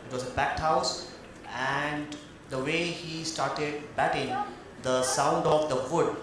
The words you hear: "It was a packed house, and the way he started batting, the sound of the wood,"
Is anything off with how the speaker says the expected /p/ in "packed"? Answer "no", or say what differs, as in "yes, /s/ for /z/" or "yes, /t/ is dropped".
yes, /b/ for /p/